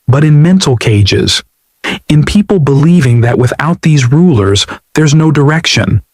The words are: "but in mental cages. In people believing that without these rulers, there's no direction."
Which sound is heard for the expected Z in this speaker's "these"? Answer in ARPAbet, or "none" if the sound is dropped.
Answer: Z